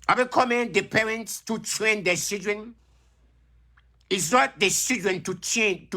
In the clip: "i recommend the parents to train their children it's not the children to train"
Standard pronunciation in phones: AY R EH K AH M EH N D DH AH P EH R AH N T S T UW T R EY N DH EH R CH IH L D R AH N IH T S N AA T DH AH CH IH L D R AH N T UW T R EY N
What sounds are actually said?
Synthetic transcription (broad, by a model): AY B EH K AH M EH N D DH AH P EH R AH N T S T UW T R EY N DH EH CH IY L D R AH N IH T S N AA T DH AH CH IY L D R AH N T UW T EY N